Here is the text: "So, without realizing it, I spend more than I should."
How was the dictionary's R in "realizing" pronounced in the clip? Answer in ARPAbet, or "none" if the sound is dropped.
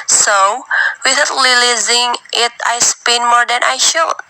L